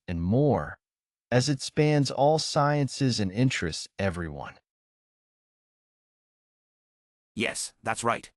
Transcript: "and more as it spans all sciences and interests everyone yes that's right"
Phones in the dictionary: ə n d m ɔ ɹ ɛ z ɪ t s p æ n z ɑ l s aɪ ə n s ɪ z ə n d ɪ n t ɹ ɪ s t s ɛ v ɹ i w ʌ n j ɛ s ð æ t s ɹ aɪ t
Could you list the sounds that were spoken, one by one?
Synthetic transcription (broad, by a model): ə n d m ɔ ɹ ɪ z ɪ t s p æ n z ɑ l s aɪ ə n s ɪ z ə n ɪ n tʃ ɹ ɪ s t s ɛ v ɹ i w ʌ n j ɛ s ð æ t s ɹ aɪ t